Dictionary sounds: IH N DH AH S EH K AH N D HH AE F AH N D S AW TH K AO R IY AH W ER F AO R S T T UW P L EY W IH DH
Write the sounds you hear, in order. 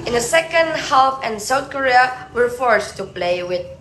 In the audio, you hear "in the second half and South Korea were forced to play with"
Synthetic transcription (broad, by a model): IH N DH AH S EH K AH N D HH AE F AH N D S AW TH K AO R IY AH W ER F AO R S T T UW P L EY W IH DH